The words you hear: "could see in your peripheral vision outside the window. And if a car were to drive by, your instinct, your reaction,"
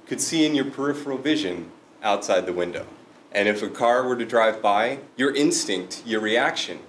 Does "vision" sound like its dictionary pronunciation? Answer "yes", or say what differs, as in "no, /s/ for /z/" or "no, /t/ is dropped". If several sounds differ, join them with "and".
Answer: yes